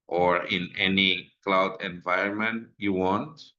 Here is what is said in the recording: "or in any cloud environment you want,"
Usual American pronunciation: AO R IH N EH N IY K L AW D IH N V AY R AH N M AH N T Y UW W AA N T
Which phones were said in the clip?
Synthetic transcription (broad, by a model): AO R IH N EH N IY K L AW D IH N V AY R AH N M AH N T Y UW W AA N T